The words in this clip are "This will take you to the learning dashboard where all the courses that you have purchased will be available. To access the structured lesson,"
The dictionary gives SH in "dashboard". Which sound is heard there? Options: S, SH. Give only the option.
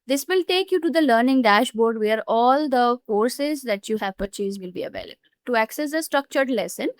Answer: SH